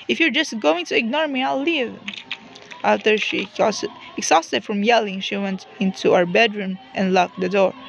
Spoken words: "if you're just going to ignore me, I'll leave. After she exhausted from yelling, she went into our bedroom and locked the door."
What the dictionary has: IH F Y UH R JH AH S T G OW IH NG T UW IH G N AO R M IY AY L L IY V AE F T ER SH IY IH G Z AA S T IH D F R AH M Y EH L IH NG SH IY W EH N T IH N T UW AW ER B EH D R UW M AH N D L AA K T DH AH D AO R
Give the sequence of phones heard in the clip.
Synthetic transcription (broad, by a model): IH F Y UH R JH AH S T G OW IH NG T UW IH G N AO R M IY AY L L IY V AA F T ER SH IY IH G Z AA S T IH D F R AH M Y EH L IH NG SH IY W EH N T IH N T UW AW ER B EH D R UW M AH N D L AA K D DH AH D AO R